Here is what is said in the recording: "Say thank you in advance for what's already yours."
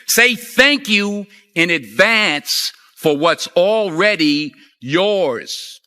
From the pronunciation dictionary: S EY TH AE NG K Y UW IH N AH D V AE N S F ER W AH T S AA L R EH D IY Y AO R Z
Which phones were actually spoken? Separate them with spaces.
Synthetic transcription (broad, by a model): S EY TH AE NG K Y UW IH N AH D V AE N S F ER W AH T S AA L R EH D IY Y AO R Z